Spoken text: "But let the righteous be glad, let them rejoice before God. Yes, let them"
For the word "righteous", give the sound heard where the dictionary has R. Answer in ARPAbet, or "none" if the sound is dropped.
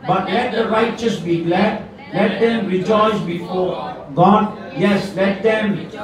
R